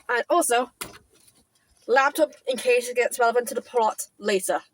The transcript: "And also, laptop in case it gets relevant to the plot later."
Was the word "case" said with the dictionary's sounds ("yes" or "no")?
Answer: no